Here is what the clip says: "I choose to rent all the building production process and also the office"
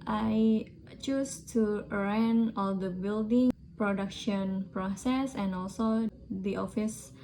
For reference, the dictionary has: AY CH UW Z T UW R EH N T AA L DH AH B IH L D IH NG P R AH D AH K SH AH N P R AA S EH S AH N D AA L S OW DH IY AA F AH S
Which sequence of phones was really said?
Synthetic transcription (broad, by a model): AY CH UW S T UW R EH N AA L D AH B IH L D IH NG P R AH D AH K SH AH N P R AA S EH S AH N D AA L S OW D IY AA F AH S